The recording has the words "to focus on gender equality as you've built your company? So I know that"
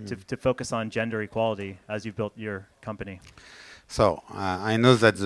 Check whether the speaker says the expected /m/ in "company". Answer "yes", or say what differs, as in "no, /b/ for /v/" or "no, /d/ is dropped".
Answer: yes